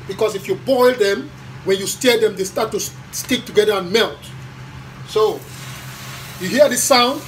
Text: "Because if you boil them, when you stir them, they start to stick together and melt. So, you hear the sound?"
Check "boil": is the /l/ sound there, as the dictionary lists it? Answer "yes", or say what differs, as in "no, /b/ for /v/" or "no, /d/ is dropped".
yes